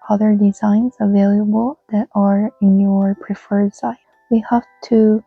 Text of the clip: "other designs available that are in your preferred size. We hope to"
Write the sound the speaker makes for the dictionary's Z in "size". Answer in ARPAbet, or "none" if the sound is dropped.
none